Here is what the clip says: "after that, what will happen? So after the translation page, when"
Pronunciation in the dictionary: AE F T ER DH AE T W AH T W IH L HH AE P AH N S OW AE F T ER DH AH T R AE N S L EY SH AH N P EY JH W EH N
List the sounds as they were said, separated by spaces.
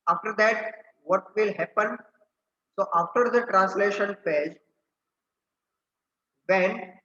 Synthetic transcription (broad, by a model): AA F T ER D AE T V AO T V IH L HH AE P AH N S OW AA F T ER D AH T R AE N S L EY SH AH N F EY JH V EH N